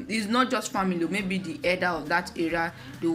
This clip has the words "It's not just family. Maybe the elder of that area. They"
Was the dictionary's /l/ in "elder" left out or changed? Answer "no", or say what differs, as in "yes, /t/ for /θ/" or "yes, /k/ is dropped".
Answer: yes, /l/ is dropped